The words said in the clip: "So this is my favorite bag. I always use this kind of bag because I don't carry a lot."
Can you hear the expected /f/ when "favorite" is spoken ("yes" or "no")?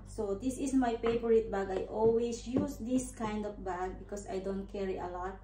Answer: no